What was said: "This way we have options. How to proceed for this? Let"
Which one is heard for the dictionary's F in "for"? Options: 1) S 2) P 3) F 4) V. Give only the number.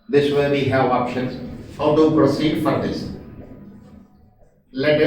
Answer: 3